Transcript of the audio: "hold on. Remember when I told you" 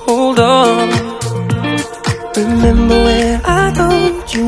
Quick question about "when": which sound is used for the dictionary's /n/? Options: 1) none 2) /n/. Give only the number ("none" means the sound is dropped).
1